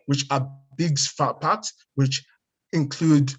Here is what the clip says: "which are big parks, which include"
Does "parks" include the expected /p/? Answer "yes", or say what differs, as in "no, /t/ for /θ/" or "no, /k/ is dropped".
no, /f/ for /p/